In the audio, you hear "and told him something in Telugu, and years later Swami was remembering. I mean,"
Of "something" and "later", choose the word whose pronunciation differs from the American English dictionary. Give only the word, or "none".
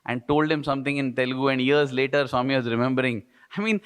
something